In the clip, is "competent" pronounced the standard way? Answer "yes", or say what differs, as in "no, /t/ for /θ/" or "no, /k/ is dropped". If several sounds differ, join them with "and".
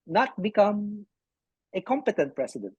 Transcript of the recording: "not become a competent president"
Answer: yes